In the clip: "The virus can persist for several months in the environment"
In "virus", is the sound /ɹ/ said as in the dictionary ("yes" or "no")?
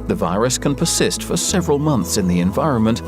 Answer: yes